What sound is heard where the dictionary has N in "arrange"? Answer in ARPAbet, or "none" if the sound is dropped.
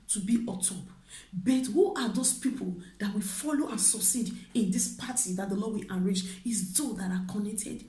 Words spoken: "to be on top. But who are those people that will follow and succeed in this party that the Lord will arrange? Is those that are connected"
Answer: none